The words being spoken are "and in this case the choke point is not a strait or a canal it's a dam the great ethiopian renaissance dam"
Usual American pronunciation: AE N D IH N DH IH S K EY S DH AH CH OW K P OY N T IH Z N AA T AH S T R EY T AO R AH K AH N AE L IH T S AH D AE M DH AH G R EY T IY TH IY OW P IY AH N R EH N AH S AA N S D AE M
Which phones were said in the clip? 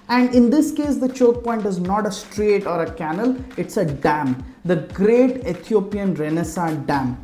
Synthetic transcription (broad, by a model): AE N D IH N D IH S K EY S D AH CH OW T P OY N T IH Z N AA T AH S T R EY T AO R AH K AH N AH L IH T S AH D AE M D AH G R EY T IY T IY OW P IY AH N R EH N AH S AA D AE M